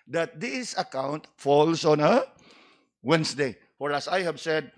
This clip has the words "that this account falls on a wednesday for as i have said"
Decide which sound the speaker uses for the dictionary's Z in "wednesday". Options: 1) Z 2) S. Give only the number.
2